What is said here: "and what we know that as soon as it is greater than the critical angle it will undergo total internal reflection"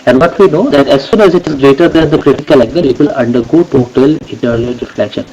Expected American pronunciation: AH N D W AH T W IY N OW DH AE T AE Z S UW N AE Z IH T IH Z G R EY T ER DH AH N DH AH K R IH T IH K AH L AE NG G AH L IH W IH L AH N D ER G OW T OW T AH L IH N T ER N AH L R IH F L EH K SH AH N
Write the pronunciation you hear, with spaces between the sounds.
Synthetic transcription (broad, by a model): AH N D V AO T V IY N OW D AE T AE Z S UW N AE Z IH T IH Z G R EY T ER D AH N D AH K R IH T IH K AH L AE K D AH N IH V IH L AH N D ER G OW T OW T AH L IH T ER L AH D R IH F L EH K SH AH N